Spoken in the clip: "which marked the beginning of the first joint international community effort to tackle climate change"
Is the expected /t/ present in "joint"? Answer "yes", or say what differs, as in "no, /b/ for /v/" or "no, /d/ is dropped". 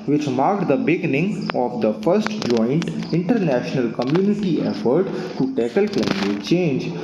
yes